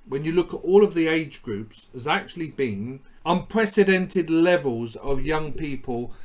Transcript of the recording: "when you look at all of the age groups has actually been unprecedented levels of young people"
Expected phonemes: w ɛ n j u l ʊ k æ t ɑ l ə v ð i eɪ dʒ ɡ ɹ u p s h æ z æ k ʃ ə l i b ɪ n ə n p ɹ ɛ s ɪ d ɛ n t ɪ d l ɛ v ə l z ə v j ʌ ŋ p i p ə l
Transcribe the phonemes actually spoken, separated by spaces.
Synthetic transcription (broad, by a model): w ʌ n j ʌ l ʊ k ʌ t ɑ l ə v ð i eɪ dʒ ɡ ɹ u p s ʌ z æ k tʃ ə l i b ɪ n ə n p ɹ ɛ s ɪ d ɛ n t ɪ d l ɛ v ə l z ə v j ʌ ŋ p i p ə l